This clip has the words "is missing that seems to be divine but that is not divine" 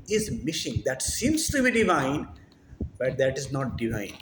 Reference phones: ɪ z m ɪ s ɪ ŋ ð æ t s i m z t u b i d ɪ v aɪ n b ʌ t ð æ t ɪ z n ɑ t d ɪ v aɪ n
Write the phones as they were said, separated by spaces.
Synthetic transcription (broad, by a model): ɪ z m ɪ ʃ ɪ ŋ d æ t s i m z t u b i d ɪ v aɪ n b ʌ t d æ t ɪ z n ɑ t d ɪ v aɪ n